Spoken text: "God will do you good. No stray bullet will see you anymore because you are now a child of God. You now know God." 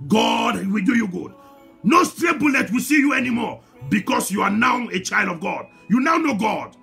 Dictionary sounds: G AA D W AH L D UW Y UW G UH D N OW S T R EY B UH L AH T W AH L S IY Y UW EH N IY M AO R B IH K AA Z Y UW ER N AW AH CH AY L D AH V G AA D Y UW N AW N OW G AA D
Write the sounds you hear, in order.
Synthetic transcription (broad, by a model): G AA D W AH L D UW Y UW G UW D N OW S T R EY B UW L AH T W AH L S IY Y UW EH N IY M AO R B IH K AA S Y UW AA N AW AH CH AY L D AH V G AA D Y UW N AW N OW G AA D